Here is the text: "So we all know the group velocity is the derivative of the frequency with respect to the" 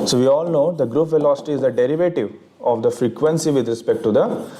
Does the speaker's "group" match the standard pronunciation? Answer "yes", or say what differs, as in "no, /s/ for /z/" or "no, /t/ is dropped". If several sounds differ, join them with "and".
yes